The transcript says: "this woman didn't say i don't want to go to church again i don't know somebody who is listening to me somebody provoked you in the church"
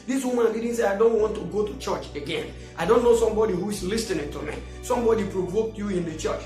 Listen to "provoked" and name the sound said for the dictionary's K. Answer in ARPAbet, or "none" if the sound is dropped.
K